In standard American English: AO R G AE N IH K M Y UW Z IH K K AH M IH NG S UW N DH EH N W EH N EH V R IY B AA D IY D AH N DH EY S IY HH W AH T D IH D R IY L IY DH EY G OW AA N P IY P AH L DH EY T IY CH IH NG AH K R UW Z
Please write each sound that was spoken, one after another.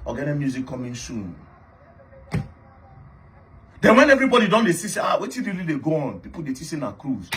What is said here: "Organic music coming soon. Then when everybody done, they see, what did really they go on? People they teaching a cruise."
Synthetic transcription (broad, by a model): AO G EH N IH M Y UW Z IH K K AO M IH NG S UW N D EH N W EH N EH V R IY B AA D IY D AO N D EY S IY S W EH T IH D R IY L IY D EY G OW AA N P IY P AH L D EY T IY S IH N AH K R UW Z